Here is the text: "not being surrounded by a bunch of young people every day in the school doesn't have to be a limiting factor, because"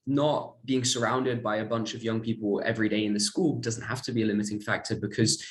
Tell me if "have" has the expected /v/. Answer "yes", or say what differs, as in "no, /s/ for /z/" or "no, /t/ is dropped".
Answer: no, /f/ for /v/